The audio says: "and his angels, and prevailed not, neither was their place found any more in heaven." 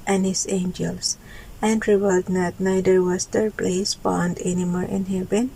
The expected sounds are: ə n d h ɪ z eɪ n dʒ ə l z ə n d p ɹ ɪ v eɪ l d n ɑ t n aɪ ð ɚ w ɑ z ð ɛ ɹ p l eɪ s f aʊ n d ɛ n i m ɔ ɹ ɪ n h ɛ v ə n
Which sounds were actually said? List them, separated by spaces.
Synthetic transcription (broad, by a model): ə n h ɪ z eɪ n dʒ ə l s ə n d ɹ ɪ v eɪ l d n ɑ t n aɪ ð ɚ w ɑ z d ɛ ɹ p l eɪ s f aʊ n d ɛ n i m ɔ ɹ ɪ n h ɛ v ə n